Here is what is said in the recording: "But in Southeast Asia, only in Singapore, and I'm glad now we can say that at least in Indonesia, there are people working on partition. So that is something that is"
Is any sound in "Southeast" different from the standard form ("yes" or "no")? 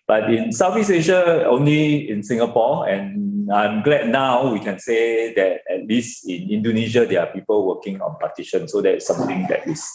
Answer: yes